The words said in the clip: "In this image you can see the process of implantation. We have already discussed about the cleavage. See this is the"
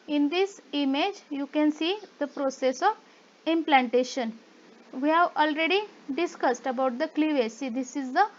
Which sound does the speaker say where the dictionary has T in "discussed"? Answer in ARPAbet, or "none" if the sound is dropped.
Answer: T